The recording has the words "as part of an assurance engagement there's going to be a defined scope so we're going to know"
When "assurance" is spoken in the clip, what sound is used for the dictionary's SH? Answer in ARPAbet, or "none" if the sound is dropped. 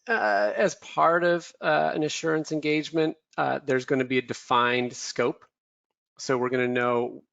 SH